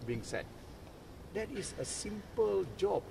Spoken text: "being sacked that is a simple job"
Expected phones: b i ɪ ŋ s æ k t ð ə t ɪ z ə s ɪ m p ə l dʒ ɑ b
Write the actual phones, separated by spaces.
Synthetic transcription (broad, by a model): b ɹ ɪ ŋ s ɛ t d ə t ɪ s ə s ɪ m p ə l dʒ ɑ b